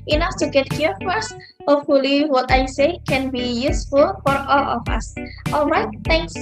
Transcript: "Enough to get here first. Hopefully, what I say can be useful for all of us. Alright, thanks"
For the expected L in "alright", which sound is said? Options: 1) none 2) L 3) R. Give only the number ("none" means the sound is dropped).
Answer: 2